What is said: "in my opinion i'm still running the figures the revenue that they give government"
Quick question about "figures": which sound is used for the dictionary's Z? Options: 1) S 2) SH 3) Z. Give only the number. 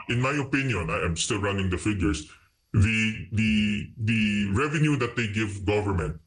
1